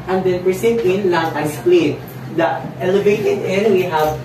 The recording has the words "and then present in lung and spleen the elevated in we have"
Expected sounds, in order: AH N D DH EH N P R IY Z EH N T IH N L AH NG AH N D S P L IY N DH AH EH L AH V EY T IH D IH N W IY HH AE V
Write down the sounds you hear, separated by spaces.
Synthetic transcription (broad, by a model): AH N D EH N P R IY S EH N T IH N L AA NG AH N S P L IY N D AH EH L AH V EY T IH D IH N W IY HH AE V